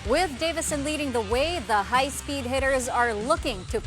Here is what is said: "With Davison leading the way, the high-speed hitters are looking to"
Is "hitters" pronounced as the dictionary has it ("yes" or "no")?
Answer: yes